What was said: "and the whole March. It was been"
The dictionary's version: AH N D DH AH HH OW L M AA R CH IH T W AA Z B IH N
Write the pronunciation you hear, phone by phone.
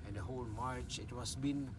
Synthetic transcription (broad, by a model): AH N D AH HH OW L M AA R CH IH T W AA S B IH N